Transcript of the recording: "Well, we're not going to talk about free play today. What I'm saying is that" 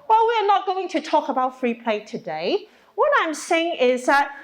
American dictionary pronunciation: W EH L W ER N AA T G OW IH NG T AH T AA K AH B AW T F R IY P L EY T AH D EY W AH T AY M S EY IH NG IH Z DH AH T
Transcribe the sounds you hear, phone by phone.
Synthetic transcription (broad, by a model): W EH L W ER N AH T G OW IH NG T AH T AA K AH B AW T F R IY P L EY T AH D EY W AH T AY M S EY IH NG IH Z DH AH T